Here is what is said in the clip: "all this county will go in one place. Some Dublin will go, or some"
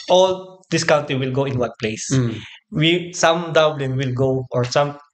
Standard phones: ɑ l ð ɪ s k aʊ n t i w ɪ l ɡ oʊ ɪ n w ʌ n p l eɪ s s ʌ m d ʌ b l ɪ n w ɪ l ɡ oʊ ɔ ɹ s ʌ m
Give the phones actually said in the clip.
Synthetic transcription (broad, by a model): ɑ l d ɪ s k aʊ n t i w ɪ l ɡ oʊ ɪ n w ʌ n p l eɪ s s ʌ m d ʌ b l ɪ n w ɪ l ɡ oʊ ɔ ɹ s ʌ m